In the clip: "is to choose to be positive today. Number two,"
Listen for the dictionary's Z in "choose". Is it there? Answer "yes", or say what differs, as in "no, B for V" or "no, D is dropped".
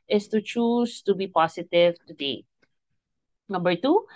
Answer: no, S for Z